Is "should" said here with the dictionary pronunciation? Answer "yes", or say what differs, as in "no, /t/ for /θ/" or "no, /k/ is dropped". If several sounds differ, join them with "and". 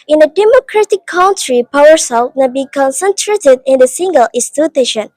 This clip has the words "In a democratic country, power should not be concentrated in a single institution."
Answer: no, /s/ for /ʃ/